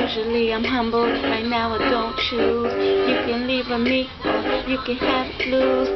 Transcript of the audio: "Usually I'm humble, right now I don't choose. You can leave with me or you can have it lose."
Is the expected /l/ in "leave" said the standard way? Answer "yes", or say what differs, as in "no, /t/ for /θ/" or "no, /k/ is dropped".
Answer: yes